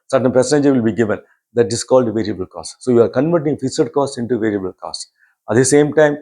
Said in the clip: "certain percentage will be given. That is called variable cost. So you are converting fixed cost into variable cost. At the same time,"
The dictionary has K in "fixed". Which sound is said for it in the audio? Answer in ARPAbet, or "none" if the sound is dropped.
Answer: none